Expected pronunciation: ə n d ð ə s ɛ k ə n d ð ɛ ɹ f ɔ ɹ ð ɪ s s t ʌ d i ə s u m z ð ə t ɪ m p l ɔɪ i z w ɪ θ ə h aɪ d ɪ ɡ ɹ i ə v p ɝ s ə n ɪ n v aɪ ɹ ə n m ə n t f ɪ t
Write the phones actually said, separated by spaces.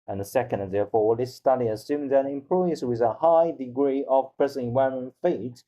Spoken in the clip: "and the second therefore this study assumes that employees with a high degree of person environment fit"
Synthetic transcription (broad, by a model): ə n ð ə s ɛ k ə n d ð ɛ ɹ f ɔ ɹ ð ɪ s s t ʌ d i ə s u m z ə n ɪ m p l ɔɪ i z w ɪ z ə h aɪ d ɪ ɡ ɹ i ə v p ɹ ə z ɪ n i w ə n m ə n f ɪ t